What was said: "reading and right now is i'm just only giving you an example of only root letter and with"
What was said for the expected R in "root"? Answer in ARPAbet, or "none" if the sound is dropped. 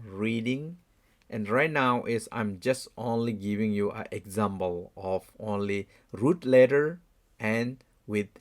R